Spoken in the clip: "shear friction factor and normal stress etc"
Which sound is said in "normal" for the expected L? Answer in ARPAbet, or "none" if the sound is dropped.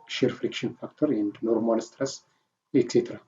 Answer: L